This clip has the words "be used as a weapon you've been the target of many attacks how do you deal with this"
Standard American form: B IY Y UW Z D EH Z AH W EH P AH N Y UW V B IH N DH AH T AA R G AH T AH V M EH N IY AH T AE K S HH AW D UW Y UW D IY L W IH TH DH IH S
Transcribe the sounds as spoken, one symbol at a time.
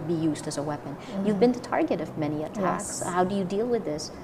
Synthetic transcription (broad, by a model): B IY Y UW Z D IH Z AH W EH P AH N Y UW V B IH N DH AH T AA R G AH T AH V M EH N IY AH T AE K S HH AW D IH Y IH D IY L W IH DH IH S